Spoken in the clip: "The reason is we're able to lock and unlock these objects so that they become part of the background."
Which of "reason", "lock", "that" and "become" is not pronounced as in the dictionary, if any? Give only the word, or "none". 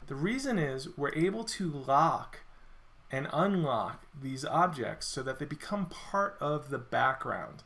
none